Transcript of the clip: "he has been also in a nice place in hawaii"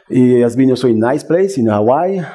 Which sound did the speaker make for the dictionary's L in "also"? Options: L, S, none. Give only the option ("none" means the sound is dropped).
none